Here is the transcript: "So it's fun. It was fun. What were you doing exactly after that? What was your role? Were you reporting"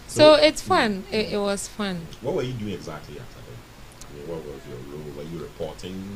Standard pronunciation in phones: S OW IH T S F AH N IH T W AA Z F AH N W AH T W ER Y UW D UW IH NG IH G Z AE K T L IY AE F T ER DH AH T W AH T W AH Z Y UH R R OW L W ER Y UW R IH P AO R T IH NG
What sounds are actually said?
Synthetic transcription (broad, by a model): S OW IH T S F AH N IH T W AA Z F AH N W AH T W ER Y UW D UW IH NG IH G Z AE K T L IY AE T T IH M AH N W AH T W AH Z Y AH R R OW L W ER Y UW R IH P AO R T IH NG